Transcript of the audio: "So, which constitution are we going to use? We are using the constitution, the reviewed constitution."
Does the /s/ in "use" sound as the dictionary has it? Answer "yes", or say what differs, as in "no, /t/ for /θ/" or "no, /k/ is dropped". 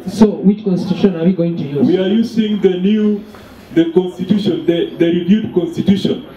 no, /s/ is dropped